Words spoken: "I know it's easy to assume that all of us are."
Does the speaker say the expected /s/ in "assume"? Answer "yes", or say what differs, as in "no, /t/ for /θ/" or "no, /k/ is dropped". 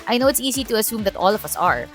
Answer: yes